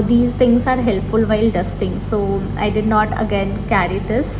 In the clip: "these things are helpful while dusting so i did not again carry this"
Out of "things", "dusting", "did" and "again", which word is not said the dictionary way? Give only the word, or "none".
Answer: things